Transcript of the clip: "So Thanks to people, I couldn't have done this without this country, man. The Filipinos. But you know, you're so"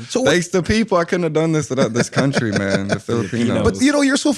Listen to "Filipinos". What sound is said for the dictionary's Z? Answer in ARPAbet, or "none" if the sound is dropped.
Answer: none